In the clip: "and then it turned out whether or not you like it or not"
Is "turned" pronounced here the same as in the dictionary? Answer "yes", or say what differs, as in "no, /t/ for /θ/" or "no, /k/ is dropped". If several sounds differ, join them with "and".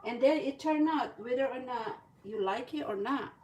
no, /d/ is dropped